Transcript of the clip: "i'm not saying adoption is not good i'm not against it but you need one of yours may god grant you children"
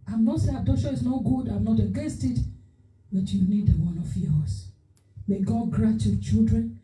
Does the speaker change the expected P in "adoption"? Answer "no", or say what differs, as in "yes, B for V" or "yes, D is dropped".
yes, P is dropped